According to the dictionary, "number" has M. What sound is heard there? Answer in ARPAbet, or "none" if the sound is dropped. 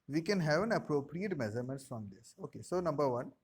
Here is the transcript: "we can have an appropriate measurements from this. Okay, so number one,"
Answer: M